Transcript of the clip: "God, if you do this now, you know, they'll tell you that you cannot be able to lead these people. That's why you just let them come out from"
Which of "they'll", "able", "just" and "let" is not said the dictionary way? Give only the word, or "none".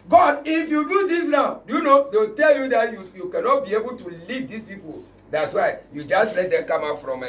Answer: they'll